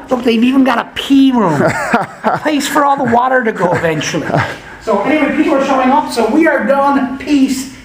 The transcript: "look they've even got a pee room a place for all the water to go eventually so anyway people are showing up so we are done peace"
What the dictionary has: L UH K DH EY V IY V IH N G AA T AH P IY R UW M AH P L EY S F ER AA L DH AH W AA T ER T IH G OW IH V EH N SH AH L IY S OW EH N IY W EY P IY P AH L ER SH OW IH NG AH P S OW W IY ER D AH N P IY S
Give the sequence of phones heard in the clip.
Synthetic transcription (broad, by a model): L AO DH EY V IY V IH N G AA T AH P IY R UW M AH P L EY S F ER AA L DH AH W AA T ER T IH G OW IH V EH N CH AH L IY S OW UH IY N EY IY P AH W ER SH OW IH NG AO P S OW W IY ER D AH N P IY S